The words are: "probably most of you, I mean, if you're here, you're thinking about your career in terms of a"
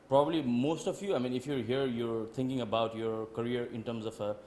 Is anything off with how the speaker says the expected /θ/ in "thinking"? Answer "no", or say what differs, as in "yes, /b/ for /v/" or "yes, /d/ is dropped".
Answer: yes, /t/ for /θ/